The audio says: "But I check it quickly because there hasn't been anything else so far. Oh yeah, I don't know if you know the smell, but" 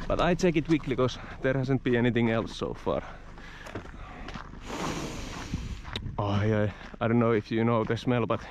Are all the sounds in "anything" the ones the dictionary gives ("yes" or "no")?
yes